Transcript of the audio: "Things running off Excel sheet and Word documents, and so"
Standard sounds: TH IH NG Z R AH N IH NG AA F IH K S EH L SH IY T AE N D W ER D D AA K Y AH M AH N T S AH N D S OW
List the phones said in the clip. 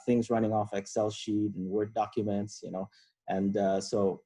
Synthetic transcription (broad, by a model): TH IH NG Z R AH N IH NG AA F IH K S EH L SH IY T N W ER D D AA K Y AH M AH N T S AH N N S OW